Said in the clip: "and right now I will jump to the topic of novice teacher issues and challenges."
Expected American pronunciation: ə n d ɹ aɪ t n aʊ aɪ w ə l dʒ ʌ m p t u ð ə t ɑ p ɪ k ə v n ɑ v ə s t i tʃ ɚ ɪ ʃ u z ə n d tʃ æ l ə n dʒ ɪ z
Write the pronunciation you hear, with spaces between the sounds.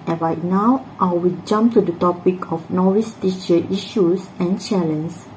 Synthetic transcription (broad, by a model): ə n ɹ aɪ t n aʊ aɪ w ə l dʒ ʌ m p t u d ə t ɑ p ɪ k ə f n ɑ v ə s t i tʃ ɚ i ʃ u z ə n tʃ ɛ l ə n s